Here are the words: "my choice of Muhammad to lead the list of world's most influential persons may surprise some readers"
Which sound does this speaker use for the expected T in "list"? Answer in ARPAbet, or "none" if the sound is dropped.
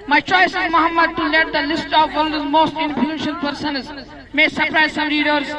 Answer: T